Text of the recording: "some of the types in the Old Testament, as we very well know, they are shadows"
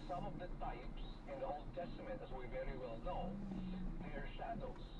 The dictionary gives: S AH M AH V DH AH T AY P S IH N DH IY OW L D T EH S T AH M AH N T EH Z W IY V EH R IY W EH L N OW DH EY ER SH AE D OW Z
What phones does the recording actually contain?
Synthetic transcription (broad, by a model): S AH M AH V DH AH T AY P S IH N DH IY OW L D T EH S T AH M AH N T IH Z W IY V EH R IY W EH L N OW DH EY ER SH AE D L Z